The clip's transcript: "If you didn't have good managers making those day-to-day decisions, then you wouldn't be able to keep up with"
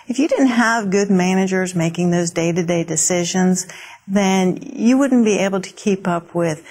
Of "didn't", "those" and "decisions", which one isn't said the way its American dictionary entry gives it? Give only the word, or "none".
none